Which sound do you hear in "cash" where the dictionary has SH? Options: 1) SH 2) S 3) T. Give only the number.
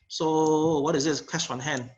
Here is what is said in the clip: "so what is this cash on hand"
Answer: 2